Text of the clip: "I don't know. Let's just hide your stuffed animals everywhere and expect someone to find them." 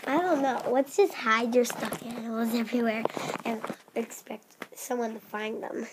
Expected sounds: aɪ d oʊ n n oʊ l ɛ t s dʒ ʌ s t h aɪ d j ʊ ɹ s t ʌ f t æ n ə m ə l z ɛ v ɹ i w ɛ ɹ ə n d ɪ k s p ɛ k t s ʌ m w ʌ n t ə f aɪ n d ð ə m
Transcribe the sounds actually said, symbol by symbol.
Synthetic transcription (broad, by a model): aɪ d oʊ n n oʊ w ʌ t s dʒ ʌ s t h aɪ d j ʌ ɹ s t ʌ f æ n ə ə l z ɛ v ɹ i w ɛ ɹ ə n ɪ k s p ɛ k t s ʌ m w ʌ n t ə f aɪ n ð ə m